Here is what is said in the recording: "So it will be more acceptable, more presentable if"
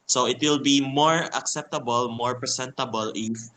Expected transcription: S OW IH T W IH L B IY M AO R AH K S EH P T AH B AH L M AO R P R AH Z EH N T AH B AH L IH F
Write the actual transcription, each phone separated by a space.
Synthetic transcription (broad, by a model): S OW IH T W IH L B IY M AO R AH K S EH P T AH B AH L M AO R P R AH S EH N T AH B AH L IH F